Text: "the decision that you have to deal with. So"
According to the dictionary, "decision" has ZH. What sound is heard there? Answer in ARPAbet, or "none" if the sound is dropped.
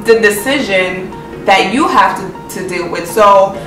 ZH